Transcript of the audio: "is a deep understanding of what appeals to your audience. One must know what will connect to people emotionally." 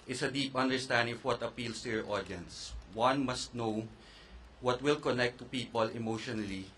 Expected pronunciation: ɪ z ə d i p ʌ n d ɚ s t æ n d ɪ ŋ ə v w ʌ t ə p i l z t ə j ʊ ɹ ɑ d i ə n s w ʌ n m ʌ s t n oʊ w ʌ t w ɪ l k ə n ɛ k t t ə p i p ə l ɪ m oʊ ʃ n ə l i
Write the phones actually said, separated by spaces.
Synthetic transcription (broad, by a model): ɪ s ə d i p ʌ n d ɚ s t æ n d ɪ ŋ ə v w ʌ t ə p i l s t ə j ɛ ɹ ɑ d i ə n s w ʌ n m ʌ s t n oʊ w ʌ t w ɪ l k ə n ɛ k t t ə p i p ə l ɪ m oʊ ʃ n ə l i